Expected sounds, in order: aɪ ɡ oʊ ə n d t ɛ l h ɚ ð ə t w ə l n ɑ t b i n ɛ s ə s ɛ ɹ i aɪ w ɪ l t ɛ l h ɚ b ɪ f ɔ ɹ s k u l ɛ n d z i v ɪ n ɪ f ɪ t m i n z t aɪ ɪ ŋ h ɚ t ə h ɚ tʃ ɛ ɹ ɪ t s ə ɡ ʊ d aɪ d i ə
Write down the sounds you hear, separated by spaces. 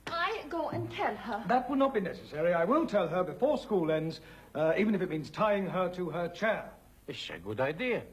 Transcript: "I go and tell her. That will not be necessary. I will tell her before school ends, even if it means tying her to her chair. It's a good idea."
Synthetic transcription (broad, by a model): aɪ ɡ oʊ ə n t ɛ l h ɚ ð ə t w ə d n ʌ t b i n ɛ s ə s ɛ ɹ i aɪ w ɪ l t ɛ l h ɚ b ɪ f ɔ ɹ s k u l ɛ n d z i v ɪ n ɪ f ɪ t m i n z t aɪ ɪ ŋ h ɚ t ə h ɚ tʃ ɛ ɹ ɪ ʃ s ə ɡ ʊ d aɪ d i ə